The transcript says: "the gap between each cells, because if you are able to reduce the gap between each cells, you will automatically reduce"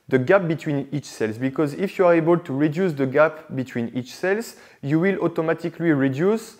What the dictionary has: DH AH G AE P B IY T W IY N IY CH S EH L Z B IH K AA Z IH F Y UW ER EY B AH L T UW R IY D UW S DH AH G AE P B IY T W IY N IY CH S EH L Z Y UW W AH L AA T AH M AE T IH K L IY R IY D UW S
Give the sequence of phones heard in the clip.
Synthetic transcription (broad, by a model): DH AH G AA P B IY T W IY N IY CH S EH L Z B IH K AA Z IH F Y UW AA EY B AH L T UW R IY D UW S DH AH G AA P B IY T W IY N IY CH S EH L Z Y UW W AH L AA T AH M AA T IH K L IY R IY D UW S